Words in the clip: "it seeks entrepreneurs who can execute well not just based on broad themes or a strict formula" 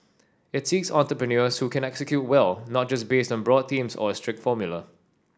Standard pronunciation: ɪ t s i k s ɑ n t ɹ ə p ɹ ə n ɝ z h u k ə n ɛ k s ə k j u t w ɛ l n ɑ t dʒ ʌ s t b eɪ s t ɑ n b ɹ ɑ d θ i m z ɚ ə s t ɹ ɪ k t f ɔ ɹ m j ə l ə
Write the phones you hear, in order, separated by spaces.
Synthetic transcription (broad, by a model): ɪ t s i k s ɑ n t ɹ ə p ɹ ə n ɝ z h u k ə n ɛ k s ə k j u t w ɛ l n ɑ t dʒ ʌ s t b eɪ s t ɑ n b ɹ ɑ d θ i m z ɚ ə s t ɹ ɪ k t f ɔ m j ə l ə